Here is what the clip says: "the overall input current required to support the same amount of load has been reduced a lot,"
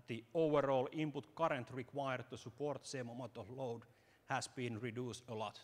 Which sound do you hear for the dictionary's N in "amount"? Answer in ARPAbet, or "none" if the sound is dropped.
none